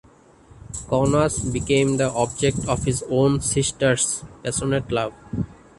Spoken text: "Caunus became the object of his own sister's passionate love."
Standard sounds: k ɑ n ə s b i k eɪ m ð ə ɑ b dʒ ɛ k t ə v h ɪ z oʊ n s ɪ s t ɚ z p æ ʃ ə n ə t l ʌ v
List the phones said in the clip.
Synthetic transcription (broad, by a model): k ɑ n ə s b i k eɪ m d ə ɑ b dʒ ɛ k t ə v h ɪ z oʊ n s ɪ s t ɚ s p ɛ s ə n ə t l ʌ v